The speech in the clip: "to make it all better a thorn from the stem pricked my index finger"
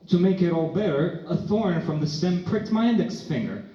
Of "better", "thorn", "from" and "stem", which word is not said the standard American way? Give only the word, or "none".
none